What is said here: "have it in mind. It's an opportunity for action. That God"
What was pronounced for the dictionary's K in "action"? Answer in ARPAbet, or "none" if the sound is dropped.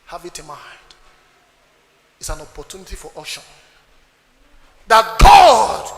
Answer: none